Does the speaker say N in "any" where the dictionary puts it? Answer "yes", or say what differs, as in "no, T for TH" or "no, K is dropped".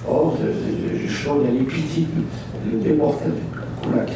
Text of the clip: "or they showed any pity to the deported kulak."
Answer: no, L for N